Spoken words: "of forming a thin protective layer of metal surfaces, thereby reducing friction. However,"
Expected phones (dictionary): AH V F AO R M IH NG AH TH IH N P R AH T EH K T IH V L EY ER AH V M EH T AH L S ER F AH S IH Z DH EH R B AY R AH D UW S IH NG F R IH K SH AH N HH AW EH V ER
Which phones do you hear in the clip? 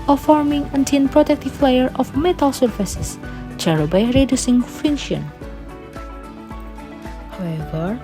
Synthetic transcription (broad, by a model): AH F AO R M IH NG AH T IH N P R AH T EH K T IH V L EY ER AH F M EH T AH L S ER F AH S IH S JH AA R B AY R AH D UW S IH NG F IH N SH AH N HH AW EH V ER